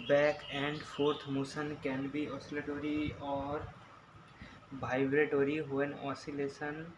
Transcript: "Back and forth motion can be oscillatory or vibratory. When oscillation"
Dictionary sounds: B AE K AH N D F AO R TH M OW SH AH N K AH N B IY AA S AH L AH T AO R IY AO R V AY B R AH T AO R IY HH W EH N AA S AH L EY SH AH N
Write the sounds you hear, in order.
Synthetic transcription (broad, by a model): B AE K AH N D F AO R T M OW S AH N K AH N B IY AA S AH L AH T AO R IY AO R B AY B R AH T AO R IY HH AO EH N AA S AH L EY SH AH N